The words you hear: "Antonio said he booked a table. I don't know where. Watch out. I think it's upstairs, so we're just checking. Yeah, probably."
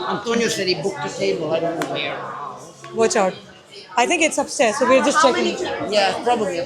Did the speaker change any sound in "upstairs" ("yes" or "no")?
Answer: yes